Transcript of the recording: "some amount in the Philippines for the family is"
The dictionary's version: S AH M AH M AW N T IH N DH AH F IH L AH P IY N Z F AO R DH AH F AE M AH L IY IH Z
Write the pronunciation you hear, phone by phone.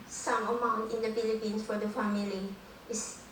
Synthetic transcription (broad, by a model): S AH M AH M AW N T IH N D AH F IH L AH P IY N S F AO R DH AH F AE M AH L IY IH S